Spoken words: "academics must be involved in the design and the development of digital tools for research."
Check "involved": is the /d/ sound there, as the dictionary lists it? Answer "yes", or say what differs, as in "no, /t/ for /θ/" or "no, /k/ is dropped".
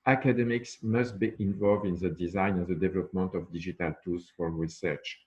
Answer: yes